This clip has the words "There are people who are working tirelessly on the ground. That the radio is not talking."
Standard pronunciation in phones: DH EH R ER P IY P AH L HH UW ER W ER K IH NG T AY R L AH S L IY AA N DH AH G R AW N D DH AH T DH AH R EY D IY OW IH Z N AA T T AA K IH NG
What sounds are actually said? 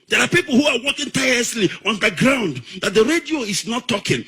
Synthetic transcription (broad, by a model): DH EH R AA P IY P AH L HH UW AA W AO K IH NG T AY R AH S L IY AA N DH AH G R AW N D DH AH T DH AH R EY D IY OW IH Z N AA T T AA K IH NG